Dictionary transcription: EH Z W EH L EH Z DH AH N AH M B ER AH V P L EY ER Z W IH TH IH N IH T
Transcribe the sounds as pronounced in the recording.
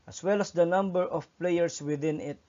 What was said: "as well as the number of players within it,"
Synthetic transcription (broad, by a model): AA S W EH L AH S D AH N AH M B ER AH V P L EY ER S W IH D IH N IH T